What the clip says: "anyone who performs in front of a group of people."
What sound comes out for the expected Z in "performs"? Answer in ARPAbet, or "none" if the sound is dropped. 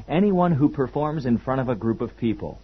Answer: Z